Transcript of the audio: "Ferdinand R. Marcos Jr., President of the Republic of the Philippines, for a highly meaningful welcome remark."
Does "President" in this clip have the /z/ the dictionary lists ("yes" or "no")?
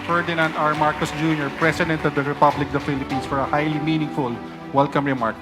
no